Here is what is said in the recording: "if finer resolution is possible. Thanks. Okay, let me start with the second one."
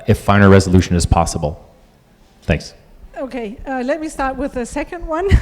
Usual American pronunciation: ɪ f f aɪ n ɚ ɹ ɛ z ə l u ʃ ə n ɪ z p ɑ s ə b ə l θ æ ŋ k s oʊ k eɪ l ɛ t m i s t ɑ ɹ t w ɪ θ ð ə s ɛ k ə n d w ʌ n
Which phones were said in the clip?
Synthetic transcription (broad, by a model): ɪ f f aɪ n ɚ ɹ ɛ z ə l u ʃ ə n ɪ z p ɑ s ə b l θ æ ŋ k s oʊ k eɪ l ɛ t m i s t ɑ ɹ t w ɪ ð ə s ɛ k ə n d w ʌ n